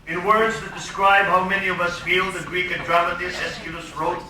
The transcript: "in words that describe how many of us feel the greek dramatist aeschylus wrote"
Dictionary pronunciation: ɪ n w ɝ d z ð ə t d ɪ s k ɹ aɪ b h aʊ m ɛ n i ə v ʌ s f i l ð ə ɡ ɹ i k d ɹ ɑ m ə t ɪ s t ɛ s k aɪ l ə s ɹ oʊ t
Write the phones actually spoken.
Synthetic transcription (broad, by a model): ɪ n w ɝ d z ð ə t d ɪ s k ɹ aɪ b h aʊ m ɛ n i ə v ʌ s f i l ð ə ɡ ɹ i k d ɹ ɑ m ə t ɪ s ɛ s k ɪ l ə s ɹ oʊ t